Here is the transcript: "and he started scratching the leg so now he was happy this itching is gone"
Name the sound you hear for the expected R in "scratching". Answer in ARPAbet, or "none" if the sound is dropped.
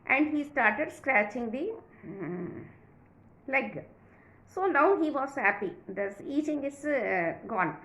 R